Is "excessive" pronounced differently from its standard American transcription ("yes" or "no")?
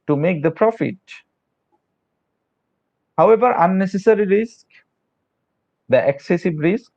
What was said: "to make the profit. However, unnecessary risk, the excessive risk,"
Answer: yes